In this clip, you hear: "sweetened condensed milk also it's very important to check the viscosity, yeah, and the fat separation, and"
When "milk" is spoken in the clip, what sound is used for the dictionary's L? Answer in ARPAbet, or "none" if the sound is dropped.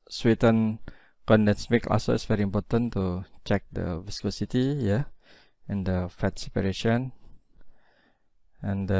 none